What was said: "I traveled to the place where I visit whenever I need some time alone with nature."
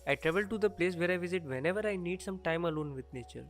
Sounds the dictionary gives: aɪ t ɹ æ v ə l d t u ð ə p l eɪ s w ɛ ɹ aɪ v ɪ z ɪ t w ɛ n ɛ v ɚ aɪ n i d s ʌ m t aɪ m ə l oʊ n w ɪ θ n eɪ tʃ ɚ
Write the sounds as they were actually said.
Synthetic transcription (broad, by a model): aɪ t ɹ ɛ v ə l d t u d ə p l eɪ s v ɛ ɹ aɪ v ɪ z ɪ t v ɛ n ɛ v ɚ aɪ n i d s ʌ m t aɪ m ə l oʊ n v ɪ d n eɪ tʃ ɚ